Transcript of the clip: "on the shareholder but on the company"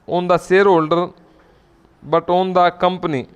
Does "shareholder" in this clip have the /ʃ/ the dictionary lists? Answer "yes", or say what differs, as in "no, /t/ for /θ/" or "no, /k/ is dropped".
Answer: no, /s/ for /ʃ/